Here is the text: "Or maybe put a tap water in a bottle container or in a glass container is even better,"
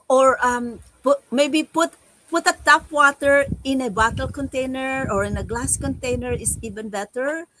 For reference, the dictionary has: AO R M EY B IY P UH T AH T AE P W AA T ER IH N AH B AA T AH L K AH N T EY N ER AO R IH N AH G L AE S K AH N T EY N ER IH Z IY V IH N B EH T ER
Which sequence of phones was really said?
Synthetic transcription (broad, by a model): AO R M EY B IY P UH T AH T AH F W AA T ER IH N AH B AA T AH L K AH N T EY N ER AO R IH N AH G L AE S K AH N T EY N ER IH S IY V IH N B EH T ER